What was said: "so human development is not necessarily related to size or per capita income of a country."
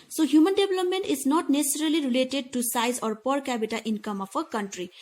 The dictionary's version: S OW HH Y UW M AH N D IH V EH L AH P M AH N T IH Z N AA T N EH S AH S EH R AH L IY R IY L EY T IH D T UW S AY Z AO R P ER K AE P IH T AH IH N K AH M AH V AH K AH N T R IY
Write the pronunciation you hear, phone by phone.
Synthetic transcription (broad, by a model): S OW HH Y UW M AH N D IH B L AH P M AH N T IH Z N AA T N EH S AH S EH R AH L IY R IY L EY T IH D T UW S AY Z AO R P ER K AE B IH T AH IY N K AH M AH P AH K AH N T R IY